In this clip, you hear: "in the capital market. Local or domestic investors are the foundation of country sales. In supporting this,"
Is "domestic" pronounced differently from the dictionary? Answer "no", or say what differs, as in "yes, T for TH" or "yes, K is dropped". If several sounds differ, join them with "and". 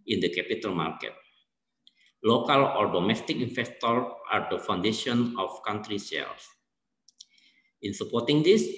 no